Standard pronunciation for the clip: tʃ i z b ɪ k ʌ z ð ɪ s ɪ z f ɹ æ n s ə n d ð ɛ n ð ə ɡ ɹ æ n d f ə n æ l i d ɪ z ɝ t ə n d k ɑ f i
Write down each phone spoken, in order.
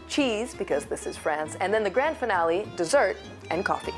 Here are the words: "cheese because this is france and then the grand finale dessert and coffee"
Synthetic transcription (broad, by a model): tʃ i z b ɪ k ʌ z ð ɪ s ɪ z f ɹ æ n s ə n ð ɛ n ð ə ɡ ɹ æ n d f ə n æ l i d ɪ z ɝ t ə n k ɑ f i